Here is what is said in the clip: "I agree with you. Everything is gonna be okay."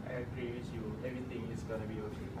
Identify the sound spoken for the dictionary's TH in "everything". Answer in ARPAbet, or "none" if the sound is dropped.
T